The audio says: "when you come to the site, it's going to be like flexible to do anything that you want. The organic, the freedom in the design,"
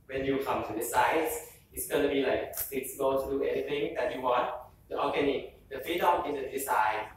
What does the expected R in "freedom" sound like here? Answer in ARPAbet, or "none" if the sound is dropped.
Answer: none